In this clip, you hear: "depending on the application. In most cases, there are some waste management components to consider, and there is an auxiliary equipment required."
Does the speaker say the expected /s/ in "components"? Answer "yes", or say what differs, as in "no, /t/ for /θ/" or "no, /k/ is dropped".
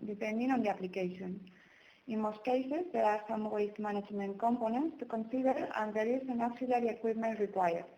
yes